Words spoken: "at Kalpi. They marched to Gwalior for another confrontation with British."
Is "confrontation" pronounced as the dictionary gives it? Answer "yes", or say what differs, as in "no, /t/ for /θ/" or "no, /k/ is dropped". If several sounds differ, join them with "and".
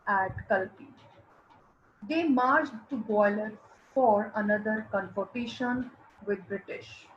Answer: no, /ɹ/ is dropped